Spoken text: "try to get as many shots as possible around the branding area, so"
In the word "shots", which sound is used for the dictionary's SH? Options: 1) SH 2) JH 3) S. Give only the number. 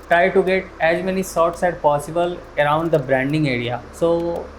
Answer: 3